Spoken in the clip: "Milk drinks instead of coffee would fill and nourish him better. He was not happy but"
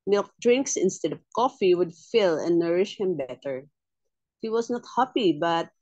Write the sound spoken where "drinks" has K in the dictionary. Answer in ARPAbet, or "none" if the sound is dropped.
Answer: K